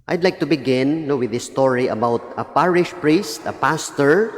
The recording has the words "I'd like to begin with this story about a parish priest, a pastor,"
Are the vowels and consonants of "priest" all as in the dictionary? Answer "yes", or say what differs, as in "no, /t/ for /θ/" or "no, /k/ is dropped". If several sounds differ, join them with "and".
yes